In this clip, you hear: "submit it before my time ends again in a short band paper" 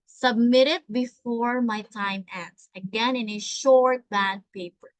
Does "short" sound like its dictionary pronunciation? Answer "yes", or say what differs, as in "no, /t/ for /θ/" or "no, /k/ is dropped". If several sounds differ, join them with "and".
yes